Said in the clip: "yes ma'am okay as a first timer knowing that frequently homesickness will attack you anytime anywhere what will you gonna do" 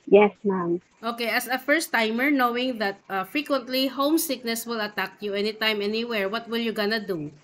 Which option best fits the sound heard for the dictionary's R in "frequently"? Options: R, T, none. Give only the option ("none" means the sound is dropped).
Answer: R